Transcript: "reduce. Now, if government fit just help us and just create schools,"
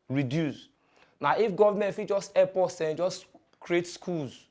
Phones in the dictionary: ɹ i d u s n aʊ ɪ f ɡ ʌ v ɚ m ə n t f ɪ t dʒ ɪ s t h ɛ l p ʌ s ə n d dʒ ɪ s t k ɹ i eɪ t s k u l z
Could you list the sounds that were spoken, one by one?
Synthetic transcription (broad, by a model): ɹ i d u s n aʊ ɪ f ɡ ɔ v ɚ m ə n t f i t dʒ ɪ s t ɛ p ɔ s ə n dʒ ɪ s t k ɹ i eɪ t s k u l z